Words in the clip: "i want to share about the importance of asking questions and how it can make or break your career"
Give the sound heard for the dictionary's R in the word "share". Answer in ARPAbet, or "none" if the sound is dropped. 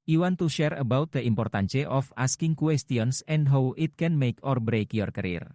R